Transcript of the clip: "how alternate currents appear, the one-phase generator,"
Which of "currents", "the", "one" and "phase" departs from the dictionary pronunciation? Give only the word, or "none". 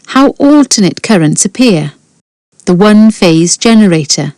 none